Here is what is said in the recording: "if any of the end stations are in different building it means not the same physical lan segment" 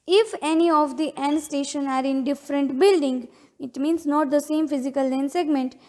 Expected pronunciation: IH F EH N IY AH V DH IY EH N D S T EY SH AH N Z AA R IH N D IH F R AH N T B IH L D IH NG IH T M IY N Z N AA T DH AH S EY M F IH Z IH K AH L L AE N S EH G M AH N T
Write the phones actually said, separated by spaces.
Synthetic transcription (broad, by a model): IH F EH N IY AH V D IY EH N D S T EY SH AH N AA R IH N D IH F R AH N T B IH L D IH NG IH T M IY N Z N AA T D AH S EY M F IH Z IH K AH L L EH N S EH G M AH N T